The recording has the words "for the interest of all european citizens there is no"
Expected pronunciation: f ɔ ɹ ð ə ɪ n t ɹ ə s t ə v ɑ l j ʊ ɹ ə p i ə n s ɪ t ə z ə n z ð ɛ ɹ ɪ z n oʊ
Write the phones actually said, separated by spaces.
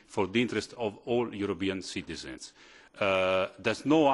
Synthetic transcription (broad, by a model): f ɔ ɹ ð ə ɪ n t ɹ ə s t ə v ɑ l j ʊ ɹ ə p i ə n s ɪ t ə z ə n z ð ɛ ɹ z n oʊ